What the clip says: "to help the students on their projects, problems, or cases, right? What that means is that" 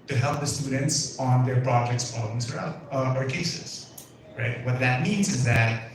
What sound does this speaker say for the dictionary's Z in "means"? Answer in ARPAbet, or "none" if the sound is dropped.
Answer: Z